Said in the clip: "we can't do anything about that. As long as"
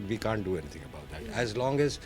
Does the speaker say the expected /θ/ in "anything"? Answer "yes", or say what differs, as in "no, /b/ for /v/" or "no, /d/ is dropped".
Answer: no, /t/ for /θ/